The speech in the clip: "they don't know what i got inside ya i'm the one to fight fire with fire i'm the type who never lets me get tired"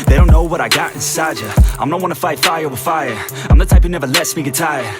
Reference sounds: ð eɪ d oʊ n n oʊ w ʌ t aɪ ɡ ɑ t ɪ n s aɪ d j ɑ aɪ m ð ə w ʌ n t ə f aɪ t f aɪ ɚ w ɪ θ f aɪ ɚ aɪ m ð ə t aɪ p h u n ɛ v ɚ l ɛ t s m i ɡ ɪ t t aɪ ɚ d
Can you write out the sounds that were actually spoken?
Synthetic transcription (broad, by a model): ð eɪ d oʊ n n oʊ w ʌ t aɪ ɡ ɑ t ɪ n s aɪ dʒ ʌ aɪ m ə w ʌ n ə f aɪ t f aɪ ɚ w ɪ f aɪ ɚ aɪ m ð ə t aɪ p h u n ɛ v ɚ l ɛ t s m i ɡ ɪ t t aɪ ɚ